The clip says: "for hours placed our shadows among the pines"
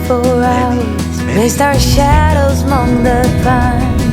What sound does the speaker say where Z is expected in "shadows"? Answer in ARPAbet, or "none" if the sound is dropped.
Z